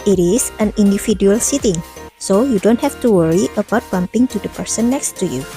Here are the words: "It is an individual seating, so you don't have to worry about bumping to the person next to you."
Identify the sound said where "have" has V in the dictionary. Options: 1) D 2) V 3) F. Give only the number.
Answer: 3